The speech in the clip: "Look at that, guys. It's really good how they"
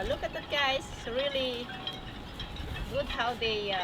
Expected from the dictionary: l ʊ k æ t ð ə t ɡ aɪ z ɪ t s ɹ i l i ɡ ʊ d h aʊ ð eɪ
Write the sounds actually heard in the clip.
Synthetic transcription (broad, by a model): l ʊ k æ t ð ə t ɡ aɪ ɪ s ɹ i l i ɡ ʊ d h aʊ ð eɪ